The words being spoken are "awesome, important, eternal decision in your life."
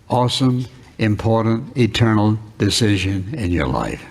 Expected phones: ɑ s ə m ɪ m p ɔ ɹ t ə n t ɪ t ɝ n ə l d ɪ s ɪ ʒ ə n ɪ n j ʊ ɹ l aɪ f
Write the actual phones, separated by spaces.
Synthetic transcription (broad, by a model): ɑ s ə m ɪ m p ɔ ɹ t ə n t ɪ t ɝ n l d ɪ s ɪ ʒ ə n ɪ n j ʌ ɹ l aɪ f